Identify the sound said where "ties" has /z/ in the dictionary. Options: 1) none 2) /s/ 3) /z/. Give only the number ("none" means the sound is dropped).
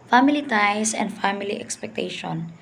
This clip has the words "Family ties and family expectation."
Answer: 2